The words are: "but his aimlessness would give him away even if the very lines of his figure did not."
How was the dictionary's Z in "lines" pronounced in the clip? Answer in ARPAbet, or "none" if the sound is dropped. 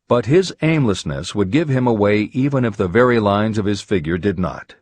Z